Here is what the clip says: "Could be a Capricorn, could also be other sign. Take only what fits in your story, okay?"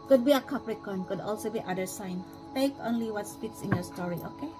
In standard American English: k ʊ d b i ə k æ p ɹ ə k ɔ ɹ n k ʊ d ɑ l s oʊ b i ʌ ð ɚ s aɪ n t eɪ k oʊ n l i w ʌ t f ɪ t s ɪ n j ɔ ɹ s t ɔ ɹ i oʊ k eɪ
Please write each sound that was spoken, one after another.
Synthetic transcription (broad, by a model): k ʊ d b i ə k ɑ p ɹ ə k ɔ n k ʊ d ɑ l s oʊ b i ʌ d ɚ s aɪ n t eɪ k oʊ n l i w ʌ t p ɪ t s ɪ n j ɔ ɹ s t ɔ ɹ i oʊ k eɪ